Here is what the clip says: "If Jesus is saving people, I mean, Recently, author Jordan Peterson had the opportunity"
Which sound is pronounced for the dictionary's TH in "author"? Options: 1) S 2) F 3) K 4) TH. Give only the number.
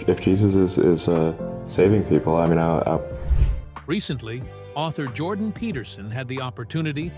4